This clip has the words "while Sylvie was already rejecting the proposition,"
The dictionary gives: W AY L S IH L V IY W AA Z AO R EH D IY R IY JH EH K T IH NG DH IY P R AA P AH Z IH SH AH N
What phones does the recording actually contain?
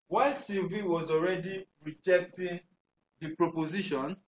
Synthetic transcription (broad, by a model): W AY S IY V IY W AA Z AO R EH D IY R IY JH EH K T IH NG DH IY P R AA P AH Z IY SH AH N